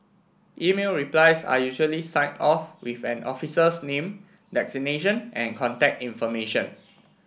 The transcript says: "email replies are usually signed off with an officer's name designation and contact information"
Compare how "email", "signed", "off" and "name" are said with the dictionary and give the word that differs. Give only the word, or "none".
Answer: signed